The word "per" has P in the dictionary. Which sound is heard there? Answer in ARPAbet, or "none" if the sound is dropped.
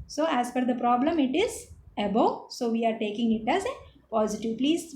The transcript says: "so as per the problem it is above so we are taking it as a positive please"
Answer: F